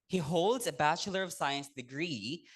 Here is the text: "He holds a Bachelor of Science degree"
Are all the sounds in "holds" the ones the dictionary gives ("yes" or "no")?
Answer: yes